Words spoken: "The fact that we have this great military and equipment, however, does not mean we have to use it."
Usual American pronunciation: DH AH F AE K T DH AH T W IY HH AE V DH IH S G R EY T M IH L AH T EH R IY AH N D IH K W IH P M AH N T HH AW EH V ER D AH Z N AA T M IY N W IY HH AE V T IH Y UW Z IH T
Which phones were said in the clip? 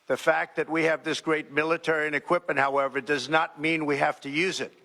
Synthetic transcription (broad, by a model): DH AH F AE K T DH AH T W IY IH V DH IH S G R EY T M IH L AH T EH R IY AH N IH K W IH P M AH N T HH AW EH V ER D AH Z N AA T M IY N W IY HH AE F T IH Y UW Z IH T